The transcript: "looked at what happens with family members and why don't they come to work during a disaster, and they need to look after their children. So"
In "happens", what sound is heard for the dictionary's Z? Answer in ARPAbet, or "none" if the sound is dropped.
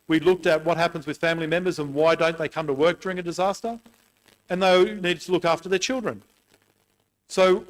Z